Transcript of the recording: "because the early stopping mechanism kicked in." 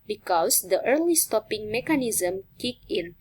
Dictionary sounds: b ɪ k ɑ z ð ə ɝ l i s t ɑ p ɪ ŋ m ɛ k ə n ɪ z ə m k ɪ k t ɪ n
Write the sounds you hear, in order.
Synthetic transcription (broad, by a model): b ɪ k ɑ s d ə ɝ l i s t ɑ p ɪ ŋ m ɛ k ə n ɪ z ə m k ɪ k ɪ n